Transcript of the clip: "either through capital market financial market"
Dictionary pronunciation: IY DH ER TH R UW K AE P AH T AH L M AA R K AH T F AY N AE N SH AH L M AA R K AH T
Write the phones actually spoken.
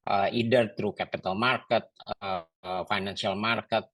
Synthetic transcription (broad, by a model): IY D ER T R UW K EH P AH T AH L M AA R K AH T F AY N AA N S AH L M AA R K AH T